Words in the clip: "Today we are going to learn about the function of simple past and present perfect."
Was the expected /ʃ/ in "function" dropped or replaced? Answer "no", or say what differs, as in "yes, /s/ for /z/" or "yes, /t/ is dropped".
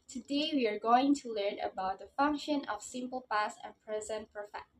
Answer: no